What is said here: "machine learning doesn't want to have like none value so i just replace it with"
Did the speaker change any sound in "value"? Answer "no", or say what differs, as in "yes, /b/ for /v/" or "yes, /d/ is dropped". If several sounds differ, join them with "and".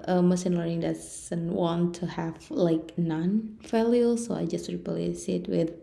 yes, /f/ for /v/